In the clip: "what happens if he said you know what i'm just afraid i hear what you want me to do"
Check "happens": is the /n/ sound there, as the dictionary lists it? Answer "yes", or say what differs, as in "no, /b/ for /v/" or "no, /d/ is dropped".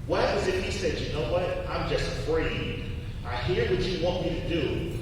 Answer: no, /n/ is dropped